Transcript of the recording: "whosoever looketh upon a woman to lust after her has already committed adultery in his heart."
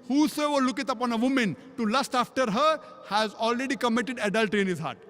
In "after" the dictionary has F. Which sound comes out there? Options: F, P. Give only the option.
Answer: F